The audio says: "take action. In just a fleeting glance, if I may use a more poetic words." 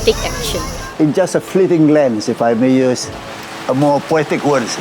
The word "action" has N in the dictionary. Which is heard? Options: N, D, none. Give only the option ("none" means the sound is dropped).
none